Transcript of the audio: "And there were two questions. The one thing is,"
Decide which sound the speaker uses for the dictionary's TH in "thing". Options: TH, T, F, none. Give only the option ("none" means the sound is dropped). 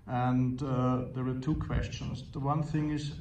TH